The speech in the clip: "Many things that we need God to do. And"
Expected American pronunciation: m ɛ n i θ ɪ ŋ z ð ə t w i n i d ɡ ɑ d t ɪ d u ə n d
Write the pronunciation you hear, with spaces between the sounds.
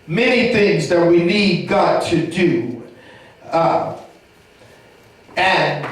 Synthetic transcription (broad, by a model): m ɛ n i θ ɪ ŋ z ð ə t w i n i d ɡ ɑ t ɪ d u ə n